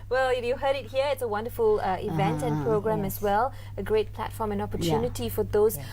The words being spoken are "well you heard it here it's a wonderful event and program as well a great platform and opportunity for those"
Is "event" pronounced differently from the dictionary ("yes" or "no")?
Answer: no